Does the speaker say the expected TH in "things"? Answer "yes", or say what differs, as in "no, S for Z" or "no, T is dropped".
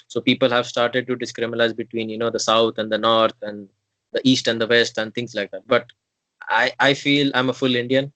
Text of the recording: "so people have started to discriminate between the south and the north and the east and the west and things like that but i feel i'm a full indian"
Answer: no, T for TH